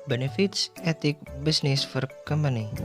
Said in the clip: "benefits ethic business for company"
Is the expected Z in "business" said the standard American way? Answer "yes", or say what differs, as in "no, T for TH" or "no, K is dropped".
no, S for Z